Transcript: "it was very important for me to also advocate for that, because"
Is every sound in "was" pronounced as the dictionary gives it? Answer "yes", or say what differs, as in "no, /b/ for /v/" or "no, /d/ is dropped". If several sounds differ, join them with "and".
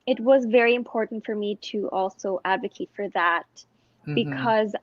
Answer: yes